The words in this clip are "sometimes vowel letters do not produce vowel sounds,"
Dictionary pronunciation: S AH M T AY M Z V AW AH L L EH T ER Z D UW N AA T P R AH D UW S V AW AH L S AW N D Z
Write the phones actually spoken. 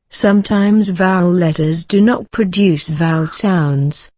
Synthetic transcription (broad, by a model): S AH M T AY M Z V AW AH L L EH T ER Z D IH N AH T P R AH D UW S V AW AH L S AW N D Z